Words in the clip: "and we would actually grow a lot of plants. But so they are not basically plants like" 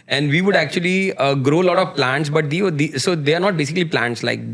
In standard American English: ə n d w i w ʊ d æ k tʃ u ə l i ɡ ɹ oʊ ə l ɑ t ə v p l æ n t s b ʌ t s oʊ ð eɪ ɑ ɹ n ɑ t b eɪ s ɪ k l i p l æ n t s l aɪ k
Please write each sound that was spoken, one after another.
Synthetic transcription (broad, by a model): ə n d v i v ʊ d æ k tʃ u ə l i ɡ ɹ oʊ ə l ɑ t ə v p l æ n t s b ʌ t s oʊ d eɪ ɑ ɹ n ɑ t b eɪ s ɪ k l i p l æ n t s l aɪ k